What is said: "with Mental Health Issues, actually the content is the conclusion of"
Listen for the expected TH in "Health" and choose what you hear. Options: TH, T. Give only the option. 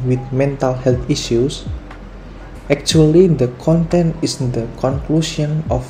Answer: T